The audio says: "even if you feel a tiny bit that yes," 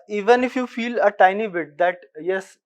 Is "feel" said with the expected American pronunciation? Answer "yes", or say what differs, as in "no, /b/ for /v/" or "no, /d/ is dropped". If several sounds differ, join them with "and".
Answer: yes